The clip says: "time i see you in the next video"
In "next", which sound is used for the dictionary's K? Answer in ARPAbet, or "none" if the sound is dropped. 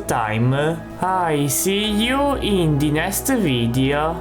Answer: none